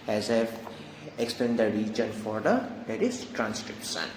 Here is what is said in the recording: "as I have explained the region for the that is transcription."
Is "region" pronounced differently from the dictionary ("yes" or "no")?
no